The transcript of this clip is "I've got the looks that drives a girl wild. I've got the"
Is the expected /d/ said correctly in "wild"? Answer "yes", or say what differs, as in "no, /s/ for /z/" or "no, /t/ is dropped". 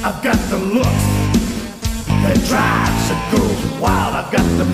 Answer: no, /d/ is dropped